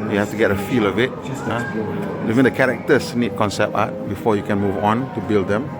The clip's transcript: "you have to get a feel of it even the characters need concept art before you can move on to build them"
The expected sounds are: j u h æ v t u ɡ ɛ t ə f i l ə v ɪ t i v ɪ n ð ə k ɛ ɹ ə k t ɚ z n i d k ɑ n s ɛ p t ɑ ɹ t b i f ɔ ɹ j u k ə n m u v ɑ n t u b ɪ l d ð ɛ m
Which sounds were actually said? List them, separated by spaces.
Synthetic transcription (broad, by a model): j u h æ f t u ɡ ɛ t ə f i l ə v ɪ t i v ɪ n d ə k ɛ ɹ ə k t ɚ s n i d k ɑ n s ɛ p ɑ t b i f ɔ j u k ə n m u v ɑ n t u b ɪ l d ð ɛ m